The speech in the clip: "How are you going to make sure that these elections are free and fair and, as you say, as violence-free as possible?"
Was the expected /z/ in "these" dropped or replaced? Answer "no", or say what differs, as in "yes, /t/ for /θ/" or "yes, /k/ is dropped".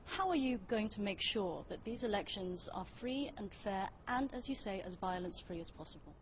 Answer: no